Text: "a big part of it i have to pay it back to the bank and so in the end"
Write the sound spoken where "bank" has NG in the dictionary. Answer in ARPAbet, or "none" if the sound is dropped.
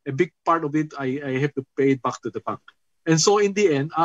none